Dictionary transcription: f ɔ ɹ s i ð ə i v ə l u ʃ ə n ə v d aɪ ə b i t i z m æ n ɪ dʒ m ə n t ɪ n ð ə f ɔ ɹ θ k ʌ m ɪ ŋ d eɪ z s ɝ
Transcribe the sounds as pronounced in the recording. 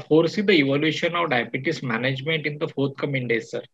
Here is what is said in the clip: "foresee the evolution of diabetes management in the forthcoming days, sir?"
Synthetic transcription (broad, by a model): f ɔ ɹ s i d ə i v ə l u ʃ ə n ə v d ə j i t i s m æ n ɪ dʒ m ə n t ɪ n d ə f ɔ ɹ t k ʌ m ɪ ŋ d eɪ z s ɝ